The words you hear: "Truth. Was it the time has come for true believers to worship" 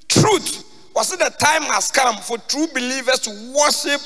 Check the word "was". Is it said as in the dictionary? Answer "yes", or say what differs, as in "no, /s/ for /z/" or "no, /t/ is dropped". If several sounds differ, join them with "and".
no, /s/ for /z/